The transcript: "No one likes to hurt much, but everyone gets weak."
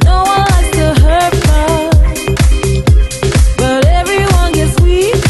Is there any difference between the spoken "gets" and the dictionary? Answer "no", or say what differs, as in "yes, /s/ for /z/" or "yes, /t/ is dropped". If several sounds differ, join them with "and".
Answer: no